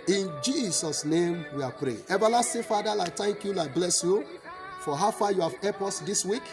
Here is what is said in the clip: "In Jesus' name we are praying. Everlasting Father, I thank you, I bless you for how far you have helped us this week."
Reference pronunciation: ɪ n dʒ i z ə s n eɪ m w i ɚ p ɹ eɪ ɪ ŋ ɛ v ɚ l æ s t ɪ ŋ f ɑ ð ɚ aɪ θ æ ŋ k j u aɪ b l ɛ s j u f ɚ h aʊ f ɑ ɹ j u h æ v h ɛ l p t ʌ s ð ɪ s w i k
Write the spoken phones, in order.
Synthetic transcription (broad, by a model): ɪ n dʒ i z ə s n eɪ m w i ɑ p ɹ eɪ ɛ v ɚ l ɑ s t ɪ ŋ f ɑ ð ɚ aɪ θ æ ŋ k j u aɪ b l ɛ s j u f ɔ h aʊ f ɑ j u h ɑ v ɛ p ɔ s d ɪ s w i k